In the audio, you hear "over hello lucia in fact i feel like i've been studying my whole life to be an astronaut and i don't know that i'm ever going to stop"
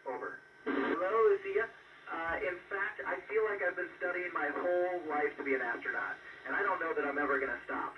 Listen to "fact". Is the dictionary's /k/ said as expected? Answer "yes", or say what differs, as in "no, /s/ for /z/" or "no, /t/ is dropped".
yes